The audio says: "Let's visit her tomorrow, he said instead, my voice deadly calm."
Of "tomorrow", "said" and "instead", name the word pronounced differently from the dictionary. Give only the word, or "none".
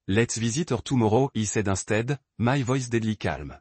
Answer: instead